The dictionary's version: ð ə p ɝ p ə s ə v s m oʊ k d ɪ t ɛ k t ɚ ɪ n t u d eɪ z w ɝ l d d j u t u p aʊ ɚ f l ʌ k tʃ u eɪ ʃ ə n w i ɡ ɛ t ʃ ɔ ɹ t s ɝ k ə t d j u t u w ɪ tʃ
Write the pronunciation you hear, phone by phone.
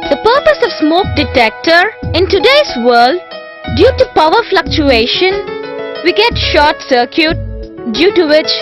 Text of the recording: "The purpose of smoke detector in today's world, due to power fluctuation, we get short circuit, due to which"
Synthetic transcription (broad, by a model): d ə p ɝ p ə s ə v s m oʊ k d ɪ t ɛ k t ɚ ɪ n t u d eɪ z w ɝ l d d j u t u p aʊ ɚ f l ʌ k tʃ u eɪ ʃ ə n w i ɡ ɛ t ʃ ɔ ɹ t s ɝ k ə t d j u t u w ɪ tʃ